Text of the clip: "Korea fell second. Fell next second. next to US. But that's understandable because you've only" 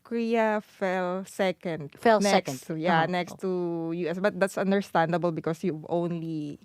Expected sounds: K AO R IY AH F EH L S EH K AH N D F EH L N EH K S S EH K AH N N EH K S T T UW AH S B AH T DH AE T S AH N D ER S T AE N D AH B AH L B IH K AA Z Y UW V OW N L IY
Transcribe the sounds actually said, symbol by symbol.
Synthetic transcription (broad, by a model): K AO R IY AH F EH L S EH K AH N D F EH L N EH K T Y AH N N EH K S T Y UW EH S B AH T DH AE T S AH N D ER S T AE N D AH B AH L B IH K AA S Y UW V OW N L IY